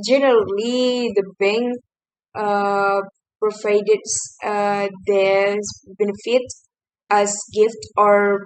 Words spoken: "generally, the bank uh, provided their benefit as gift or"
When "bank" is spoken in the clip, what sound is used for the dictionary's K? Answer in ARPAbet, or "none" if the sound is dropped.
none